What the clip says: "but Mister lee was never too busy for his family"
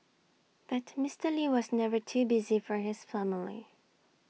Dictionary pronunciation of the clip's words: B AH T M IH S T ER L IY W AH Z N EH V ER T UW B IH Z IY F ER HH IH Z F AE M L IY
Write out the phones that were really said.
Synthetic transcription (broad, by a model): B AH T M IH S T ER L IY W AH Z N EH V ER T UW B IH Z IY F ER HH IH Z F AE M L IY